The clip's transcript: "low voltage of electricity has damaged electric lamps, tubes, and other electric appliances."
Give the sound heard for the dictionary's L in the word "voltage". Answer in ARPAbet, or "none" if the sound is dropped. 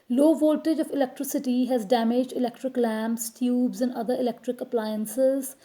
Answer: L